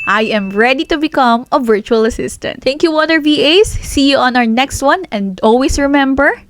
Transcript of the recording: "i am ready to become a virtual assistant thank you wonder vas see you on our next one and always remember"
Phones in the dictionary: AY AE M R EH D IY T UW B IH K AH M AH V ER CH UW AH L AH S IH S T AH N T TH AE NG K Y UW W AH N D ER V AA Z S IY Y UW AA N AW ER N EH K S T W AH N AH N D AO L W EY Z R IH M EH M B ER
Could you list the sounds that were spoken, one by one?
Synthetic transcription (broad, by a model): AY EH M R EH D IY T UW B IH K AH M AH V ER CH UW AH L AH S IH S T AH N T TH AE NG K Y UW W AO D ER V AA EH S IY Y UW AA N AW ER N EH K S T W AH N AH N D AO L W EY S R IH M EH M B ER